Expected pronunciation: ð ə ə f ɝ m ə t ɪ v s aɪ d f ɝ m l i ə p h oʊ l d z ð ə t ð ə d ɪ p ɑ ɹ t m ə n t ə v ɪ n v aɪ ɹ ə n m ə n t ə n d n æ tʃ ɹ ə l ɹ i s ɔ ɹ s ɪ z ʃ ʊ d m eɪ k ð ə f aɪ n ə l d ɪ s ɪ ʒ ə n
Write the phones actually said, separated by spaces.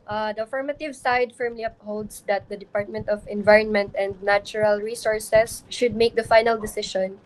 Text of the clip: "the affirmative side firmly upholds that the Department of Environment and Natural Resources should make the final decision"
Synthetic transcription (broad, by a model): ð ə ə f ɝ m ə t ɪ v s aɪ d f ɝ m l i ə p h oʊ l d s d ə t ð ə d ɪ p ɑ ɹ t m ə n t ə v ɪ n v aɪ ɹ ə n m ə n t ə n d n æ tʃ ɹ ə l ɹ i s ɔ ɹ s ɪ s ʃ ʊ d m eɪ k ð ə f aɪ n ə l d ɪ s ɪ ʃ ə n